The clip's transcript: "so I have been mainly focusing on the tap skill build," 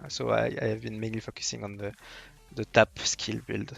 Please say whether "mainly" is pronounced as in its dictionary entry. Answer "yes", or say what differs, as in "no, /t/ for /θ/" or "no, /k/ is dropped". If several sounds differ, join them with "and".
yes